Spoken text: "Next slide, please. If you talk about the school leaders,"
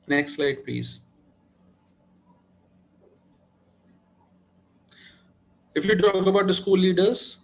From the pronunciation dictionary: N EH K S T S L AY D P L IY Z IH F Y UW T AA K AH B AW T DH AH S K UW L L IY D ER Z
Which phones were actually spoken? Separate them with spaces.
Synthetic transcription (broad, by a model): N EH K S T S L AY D P L IY Z IH F Y UW T AA K AH B AW T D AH S K UW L L IY D ER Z